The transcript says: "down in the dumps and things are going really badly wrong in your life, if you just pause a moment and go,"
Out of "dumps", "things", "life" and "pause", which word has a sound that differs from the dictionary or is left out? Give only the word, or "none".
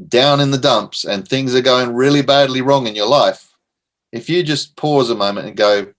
none